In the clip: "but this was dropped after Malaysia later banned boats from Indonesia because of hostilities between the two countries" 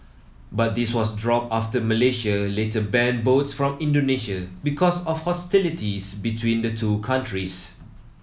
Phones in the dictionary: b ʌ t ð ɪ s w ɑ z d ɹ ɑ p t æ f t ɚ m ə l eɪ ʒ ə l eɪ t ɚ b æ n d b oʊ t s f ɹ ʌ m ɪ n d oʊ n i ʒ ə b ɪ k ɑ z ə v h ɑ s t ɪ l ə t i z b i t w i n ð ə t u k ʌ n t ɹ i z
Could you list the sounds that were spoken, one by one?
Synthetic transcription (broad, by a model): b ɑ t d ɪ s w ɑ s d ɹ ɑ p ɑ f t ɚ m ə l eɪ ʃ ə l eɪ t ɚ b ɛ n b oʊ t s f ɹ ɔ m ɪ n d oʊ n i ʃ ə b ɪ k ɑ s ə f h ɑ s t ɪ l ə t i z b i t w i n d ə t u k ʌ n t ɹ i s